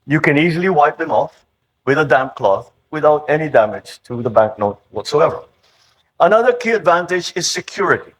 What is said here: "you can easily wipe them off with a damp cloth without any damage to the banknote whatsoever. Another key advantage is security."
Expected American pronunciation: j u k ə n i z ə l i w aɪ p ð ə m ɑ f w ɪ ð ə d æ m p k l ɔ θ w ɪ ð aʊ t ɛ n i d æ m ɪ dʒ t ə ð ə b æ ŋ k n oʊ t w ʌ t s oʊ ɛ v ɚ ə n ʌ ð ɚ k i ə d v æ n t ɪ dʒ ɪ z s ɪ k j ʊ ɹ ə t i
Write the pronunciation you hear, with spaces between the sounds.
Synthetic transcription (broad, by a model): j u k ə n i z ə l i w aɪ p ð ə m ɑ f w ɪ ð ə d æ m p k l ɔ θ w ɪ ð aʊ t ɛ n i d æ m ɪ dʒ t ə ð ə b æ k n oʊ t w ʌ t s oʊ ɛ v ɚ ə n ʌ ð ɚ k i ə d v æ n t ɪ dʒ ɪ z s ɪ k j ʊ ɹ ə t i